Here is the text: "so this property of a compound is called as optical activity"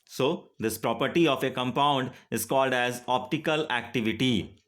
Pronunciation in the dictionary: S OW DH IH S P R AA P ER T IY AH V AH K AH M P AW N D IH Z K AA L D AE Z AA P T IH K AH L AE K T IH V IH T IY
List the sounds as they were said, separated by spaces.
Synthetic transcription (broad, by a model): S OW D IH S P R AA P ER T IY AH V AH K AH M P AW N D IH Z K AA L D AE Z AA P T IH K AH L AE K T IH V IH T IY